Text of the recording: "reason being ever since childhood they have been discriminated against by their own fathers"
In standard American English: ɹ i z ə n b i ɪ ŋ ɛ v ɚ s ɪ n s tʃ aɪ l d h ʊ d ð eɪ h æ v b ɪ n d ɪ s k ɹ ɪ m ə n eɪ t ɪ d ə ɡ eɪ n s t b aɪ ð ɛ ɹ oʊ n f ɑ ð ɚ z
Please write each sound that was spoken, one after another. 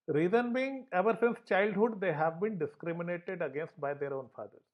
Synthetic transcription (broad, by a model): ɹ i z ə n b i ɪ ŋ ɛ v ɚ s ɪ n s tʃ aɪ l d h ʊ d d eɪ h æ v b ɪ n d ɪ s k ɹ ɪ m ə n eɪ t ɪ d ə ɡ eɪ n s t b aɪ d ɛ ɹ oʊ n f ɑ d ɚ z